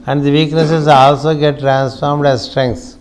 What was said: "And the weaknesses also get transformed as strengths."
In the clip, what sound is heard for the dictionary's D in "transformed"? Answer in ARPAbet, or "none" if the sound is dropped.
D